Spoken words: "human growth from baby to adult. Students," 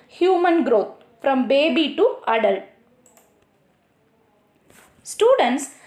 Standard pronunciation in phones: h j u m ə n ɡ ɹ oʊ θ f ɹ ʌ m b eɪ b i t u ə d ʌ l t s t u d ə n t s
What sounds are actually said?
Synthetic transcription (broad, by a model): h j u m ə n ɡ ɹ oʊ t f ɹ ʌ m b eɪ b i t u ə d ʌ l s t u d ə n t s